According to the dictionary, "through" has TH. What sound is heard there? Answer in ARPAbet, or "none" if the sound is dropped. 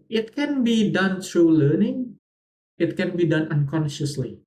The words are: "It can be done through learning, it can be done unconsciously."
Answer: T